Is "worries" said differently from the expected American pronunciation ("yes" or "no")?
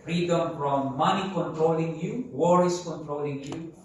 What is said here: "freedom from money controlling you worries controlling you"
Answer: yes